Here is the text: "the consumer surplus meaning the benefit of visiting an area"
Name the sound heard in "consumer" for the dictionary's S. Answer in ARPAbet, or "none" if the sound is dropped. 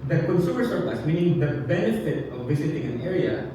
S